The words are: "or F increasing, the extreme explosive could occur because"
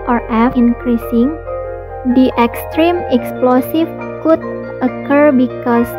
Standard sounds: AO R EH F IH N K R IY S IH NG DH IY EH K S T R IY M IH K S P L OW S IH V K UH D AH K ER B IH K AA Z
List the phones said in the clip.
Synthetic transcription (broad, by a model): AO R EH F IH N K R IY S IH NG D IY EH K S T R IY M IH K S P L OW S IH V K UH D AH K ER B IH K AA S